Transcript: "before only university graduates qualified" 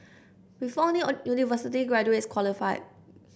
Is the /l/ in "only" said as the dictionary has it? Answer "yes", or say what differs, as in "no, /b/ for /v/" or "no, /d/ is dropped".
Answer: no, /l/ is dropped